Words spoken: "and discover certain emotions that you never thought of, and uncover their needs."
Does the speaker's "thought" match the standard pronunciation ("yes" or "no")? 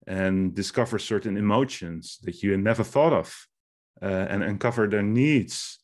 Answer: yes